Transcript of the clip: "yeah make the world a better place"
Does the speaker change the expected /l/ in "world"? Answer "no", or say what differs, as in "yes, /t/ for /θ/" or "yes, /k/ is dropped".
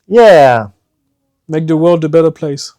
no